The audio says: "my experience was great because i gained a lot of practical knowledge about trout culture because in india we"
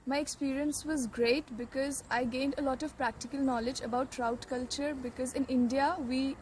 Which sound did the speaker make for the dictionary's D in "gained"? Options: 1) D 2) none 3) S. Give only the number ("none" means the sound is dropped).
1